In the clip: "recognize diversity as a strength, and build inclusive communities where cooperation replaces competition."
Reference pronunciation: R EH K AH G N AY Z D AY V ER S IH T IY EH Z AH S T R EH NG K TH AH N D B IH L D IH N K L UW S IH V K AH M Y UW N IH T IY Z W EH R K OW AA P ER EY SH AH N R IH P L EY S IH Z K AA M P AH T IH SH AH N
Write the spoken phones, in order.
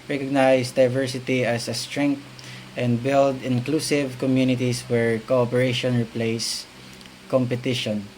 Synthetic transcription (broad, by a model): R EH K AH G N AY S D AY V ER S IH T IY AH S AH S T R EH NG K T AH N D B IH L D IH N K L UW S IH V K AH M Y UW N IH T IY S W EH R K OW AA P ER EY SH AH N R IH P L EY S K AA M P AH T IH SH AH N